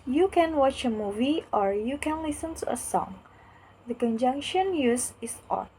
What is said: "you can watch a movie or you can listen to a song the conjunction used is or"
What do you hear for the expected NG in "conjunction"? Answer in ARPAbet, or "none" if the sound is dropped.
NG